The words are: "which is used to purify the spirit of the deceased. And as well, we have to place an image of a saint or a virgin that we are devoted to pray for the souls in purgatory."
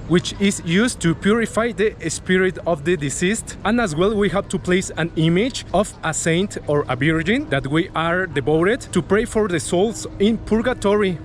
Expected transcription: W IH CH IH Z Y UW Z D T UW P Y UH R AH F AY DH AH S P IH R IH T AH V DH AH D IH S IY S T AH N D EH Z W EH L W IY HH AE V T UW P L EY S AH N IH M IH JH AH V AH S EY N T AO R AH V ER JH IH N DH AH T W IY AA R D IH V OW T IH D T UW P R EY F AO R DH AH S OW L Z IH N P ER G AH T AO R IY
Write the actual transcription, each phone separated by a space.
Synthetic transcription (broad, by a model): W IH CH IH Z Y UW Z T UW P Y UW R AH F AY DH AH S P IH R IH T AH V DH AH D IH S IY S T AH N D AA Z W EH L W IY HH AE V T UW P L EY S AH N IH M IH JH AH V AH S EY N T AO R AH B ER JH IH N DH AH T W IY AA R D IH B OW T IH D T UW P R EY F AO R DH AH S OW L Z IH N P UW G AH T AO R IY